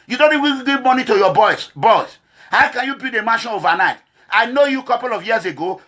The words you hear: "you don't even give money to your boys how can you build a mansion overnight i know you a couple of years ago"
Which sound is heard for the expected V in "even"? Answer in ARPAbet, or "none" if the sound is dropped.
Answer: W